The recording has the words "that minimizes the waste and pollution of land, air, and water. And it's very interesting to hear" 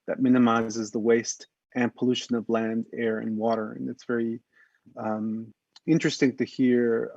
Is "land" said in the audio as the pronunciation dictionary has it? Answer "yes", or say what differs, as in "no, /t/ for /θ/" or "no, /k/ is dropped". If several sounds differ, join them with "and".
yes